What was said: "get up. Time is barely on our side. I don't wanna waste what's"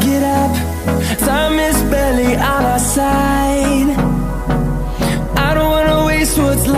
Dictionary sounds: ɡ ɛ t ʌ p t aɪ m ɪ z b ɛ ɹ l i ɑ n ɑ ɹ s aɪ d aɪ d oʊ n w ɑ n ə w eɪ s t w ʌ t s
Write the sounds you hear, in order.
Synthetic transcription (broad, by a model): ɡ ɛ t ʌ p s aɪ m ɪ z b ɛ l i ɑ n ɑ s aɪ d aɪ d oʊ n w ɑ n ə w eɪ s t w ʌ t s